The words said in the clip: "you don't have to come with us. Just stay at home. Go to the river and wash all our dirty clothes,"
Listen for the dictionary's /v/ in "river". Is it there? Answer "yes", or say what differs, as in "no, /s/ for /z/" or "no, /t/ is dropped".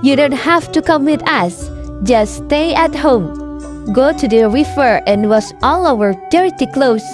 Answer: no, /f/ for /v/